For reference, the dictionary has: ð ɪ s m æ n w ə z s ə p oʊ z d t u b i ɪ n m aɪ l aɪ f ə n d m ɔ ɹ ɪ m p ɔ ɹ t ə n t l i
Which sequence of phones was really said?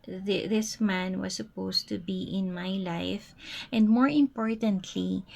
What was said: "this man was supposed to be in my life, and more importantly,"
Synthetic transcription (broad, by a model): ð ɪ s m æ n w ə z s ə p oʊ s t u b i ɪ n m aɪ l aɪ f ə n d m ɔ ɹ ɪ m p ɔ ɹ t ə n t l i